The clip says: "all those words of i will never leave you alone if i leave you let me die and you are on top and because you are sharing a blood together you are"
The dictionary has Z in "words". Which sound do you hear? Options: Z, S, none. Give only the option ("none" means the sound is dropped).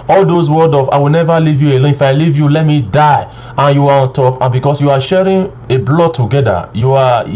none